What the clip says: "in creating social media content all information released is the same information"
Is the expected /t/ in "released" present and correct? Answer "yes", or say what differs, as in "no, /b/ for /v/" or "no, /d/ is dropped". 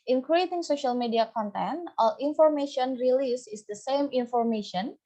no, /t/ is dropped